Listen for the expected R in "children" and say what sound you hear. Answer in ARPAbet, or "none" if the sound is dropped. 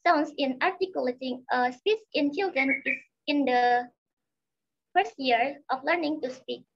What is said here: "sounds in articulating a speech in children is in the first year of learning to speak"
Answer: R